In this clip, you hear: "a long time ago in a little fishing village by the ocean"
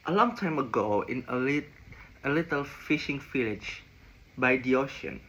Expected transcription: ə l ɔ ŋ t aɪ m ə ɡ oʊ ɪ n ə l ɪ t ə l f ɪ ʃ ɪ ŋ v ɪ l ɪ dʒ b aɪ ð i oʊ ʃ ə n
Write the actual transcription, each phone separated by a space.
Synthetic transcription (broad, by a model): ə l ɔ ŋ t aɪ m ə ɡ oʊ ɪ n ə l ɪ t ə l f ɪ ʃ ɪ ŋ f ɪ l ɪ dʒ b aɪ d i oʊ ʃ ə n